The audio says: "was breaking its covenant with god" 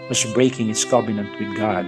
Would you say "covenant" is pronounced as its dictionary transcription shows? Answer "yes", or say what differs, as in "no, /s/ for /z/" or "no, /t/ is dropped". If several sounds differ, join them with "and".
no, /b/ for /v/